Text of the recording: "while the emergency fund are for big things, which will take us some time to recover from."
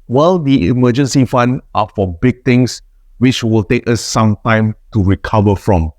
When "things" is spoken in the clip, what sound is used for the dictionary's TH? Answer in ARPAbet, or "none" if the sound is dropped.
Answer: T